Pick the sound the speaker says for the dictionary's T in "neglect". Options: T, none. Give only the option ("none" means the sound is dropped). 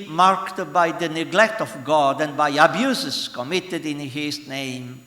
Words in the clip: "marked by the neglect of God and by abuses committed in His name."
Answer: T